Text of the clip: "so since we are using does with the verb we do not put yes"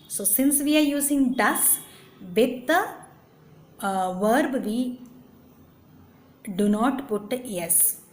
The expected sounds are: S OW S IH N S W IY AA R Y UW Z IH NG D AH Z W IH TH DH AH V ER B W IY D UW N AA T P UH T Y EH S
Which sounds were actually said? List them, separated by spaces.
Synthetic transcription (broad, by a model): S OW S IH N S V IY AA R Y UW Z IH NG D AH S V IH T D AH V ER B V IY D UW N AA T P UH T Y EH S